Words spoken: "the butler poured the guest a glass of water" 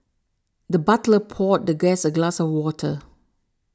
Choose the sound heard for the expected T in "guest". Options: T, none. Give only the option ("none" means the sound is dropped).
none